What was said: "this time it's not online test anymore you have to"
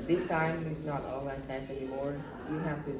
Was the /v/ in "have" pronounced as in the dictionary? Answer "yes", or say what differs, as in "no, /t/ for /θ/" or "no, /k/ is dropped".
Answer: no, /f/ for /v/